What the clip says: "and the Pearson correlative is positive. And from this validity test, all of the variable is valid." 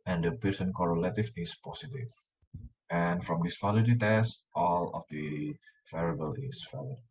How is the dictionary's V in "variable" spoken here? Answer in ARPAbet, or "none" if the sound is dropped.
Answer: F